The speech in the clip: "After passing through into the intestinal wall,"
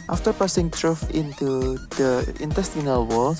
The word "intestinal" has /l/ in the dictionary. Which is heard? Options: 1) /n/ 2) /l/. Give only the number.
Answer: 2